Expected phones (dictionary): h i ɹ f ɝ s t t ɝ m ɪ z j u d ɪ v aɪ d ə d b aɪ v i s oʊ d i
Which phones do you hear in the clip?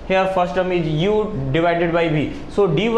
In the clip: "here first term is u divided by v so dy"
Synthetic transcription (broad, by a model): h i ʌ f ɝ s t t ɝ m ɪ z j u d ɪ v aɪ d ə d b aɪ b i s oʊ d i